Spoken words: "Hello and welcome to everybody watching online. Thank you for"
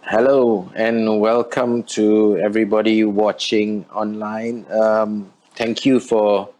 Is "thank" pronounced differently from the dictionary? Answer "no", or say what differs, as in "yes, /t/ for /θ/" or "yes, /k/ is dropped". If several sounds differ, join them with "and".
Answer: yes, /t/ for /θ/